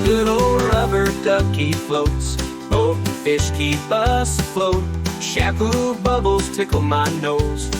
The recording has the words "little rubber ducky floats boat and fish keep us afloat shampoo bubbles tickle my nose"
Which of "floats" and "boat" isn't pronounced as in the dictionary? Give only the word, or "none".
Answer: boat